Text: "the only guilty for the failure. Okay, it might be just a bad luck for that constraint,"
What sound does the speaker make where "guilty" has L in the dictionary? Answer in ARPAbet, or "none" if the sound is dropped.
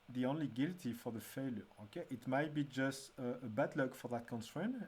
L